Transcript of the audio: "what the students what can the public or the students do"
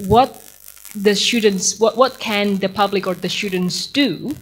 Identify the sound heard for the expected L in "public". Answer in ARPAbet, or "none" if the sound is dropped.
L